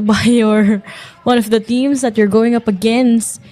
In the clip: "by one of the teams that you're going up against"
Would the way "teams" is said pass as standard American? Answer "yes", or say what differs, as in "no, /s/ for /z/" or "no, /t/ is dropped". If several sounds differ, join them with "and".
no, /s/ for /z/